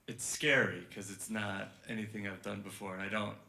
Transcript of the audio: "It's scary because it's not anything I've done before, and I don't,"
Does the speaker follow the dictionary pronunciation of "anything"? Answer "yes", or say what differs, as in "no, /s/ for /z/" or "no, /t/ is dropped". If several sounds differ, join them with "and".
yes